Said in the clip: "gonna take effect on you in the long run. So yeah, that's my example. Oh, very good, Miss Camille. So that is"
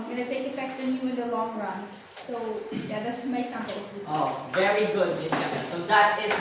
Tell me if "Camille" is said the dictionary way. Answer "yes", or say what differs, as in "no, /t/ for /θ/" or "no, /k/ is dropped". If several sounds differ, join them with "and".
no, /n/ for /l/